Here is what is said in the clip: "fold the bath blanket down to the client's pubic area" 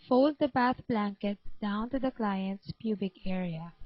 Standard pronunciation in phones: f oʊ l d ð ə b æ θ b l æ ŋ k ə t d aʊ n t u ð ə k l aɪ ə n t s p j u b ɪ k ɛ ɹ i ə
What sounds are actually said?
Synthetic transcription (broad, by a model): f oʊ l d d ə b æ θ b l æ ŋ k ə t d aʊ n t u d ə k l aɪ ə n t s p j u b ɪ k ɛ ɹ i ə